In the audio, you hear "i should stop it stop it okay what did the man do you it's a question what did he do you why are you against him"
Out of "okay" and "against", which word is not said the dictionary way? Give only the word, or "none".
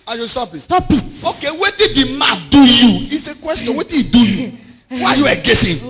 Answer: against